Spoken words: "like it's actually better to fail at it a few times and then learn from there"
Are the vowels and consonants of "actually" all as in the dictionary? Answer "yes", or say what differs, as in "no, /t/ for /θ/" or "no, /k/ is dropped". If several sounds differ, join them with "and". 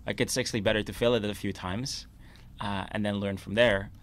no, /s/ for /tʃ/